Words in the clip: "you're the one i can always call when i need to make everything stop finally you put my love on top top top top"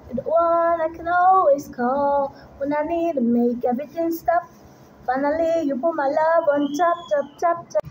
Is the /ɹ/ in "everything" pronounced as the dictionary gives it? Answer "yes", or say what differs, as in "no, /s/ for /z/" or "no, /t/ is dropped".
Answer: no, /ɹ/ is dropped